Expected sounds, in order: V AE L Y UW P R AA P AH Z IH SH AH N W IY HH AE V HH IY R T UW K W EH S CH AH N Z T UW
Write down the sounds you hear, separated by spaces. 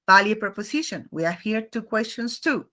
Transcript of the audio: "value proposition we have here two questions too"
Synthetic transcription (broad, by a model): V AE L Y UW P R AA P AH S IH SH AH N W IY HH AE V HH IY R T UW K W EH S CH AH N S T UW